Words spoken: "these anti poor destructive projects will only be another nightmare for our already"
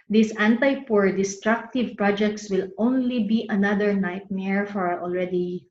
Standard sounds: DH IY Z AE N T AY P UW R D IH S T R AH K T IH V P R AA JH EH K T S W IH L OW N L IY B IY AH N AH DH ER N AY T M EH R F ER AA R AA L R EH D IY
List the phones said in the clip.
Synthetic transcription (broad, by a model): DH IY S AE N T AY P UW R D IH S T R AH K T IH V P R AA JH EH K T S W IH L OW N L IY B IY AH N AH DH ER N AY T M EH R F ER AA R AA L R EH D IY